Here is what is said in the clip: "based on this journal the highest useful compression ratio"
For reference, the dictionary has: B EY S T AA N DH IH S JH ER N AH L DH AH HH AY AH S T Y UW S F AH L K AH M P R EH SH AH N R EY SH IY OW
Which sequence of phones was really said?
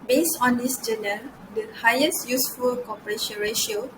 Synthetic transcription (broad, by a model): B EY S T AA N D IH S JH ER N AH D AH HH AY AH S T Y UW S F AH L K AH P R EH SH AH N R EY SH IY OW